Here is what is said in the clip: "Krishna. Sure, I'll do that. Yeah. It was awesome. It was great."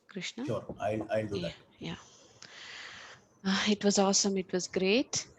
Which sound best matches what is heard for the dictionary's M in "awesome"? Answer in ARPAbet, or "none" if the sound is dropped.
M